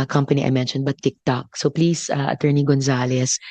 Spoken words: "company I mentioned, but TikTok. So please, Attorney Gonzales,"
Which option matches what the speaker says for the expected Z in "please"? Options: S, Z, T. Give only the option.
S